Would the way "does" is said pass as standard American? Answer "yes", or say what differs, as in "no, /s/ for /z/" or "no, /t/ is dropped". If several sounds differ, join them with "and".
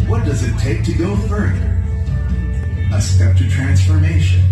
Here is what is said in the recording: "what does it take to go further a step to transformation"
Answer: yes